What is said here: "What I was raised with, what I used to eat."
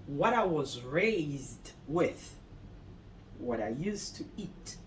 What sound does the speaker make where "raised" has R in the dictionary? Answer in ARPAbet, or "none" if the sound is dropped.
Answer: R